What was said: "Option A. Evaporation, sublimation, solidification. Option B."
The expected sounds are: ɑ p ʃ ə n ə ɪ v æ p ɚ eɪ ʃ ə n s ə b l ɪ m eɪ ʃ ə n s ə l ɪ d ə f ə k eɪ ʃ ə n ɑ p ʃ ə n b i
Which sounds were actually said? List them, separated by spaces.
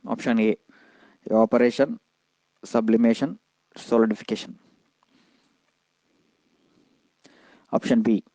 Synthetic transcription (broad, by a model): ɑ p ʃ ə n ə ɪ p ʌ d eɪ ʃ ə n s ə b l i m eɪ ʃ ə n s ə l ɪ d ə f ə k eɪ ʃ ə n ɑ p ʃ ə n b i